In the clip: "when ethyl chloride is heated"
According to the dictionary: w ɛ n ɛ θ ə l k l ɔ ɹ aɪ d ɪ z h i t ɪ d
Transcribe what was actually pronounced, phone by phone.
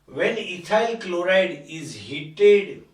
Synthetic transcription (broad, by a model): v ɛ n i t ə l k l ɔ ɹ aɪ d ɪ z h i t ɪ d